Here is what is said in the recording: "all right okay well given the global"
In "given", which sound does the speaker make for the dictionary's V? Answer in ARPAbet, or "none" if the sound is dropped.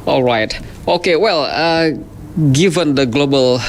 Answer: V